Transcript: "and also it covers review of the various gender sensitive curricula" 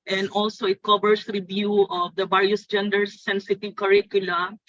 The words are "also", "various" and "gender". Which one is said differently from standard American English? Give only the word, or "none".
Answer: various